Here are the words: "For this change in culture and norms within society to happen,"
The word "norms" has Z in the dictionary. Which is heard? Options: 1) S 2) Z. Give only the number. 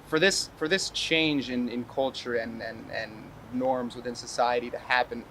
2